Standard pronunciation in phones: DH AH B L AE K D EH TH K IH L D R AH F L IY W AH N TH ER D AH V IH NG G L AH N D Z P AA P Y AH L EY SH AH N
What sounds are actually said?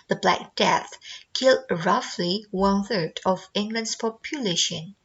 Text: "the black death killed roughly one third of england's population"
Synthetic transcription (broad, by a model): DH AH B L AE K D EH TH K IH L D R AH F L IY W AH N TH ER D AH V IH NG G L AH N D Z P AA P Y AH L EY SH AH N